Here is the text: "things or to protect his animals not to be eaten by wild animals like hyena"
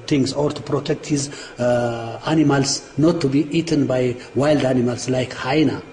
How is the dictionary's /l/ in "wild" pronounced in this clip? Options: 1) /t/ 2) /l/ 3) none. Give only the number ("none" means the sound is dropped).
2